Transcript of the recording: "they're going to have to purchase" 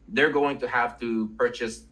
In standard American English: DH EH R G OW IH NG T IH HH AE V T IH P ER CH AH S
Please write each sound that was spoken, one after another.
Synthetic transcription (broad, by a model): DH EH R G OW IH NG T IH HH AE F T IH P ER CH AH S